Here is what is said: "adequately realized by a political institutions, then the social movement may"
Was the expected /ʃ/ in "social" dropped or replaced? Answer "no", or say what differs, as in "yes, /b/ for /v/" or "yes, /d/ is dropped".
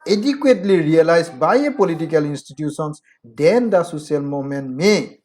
yes, /s/ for /ʃ/